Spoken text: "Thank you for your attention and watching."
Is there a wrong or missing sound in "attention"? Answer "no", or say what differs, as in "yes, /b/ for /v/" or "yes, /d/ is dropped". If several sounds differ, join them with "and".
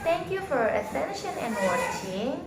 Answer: yes, /s/ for /t/